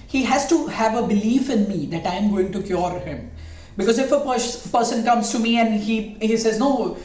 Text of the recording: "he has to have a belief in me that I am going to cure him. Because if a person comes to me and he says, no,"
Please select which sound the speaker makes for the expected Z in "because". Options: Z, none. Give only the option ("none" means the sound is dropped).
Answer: Z